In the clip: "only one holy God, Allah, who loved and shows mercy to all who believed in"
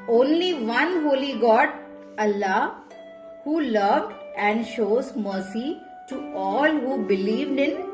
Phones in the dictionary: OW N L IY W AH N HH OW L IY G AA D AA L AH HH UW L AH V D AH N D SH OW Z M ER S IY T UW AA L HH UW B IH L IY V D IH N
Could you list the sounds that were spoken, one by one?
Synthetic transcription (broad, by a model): OW N L IY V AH N HH OW L IY G AA D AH L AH HH UW L AH V D AH N D SH OW Z M ER S IY T UW AA L HH UW B IH L IY V D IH N